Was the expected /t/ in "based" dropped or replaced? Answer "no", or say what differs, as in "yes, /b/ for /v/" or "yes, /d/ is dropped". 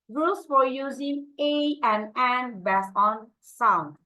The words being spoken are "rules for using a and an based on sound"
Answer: yes, /t/ is dropped